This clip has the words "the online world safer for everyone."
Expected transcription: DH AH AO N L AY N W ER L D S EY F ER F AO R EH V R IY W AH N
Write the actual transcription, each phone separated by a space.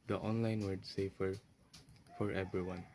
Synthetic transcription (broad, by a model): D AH AO N L AY N W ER D S EY F ER F AO R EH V R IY W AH N